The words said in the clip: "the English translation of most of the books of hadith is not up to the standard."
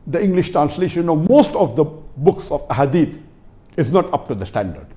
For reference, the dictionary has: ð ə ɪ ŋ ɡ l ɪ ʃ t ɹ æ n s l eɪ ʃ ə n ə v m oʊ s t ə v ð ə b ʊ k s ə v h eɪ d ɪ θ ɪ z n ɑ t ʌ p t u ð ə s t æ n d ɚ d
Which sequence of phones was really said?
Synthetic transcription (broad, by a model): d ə ɪ ŋ ɡ l ɪ ʃ t ɹ æ n s l eɪ ʃ ə n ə m oʊ s t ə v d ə b ʊ k s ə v h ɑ d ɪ t ɪ z n ɑ t ʌ p t u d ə s t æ n d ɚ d